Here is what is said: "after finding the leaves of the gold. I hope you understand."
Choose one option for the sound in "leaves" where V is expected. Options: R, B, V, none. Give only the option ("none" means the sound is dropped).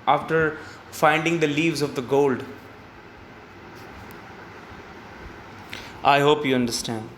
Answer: V